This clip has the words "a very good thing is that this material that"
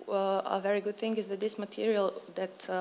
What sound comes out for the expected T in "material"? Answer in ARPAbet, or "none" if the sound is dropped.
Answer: T